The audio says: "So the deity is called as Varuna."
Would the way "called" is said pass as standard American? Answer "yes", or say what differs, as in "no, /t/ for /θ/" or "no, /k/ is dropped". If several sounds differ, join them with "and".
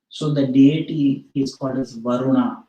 no, /l/ is dropped